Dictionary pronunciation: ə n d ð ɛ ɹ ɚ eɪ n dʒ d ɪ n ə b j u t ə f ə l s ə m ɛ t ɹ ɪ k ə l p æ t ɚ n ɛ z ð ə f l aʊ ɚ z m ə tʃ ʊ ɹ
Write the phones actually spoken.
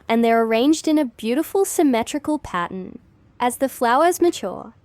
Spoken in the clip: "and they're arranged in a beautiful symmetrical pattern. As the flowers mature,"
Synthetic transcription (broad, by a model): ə n ð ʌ ɹ ɚ eɪ n dʒ d ɪ n ə b j u t ə f ə l s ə m ɛ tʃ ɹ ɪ k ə l p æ t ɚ n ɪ z ð ə f l aʊ ɚ z m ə tʃ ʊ ɹ